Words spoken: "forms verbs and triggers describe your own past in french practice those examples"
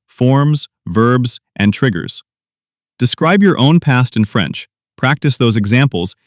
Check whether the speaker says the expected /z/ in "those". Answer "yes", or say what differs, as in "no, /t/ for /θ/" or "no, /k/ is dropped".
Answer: yes